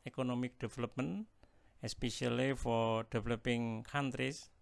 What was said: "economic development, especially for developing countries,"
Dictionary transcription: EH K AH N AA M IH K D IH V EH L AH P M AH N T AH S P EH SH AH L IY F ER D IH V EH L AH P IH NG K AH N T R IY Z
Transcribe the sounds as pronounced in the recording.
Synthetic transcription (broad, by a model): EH K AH N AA M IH K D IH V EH L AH P M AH N AH S P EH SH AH L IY F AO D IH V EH L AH P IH NG K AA N T R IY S